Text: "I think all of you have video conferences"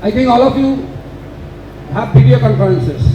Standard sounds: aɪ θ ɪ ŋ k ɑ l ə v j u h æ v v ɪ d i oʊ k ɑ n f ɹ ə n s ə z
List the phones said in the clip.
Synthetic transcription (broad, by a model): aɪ t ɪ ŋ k ɑ l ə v j u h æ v p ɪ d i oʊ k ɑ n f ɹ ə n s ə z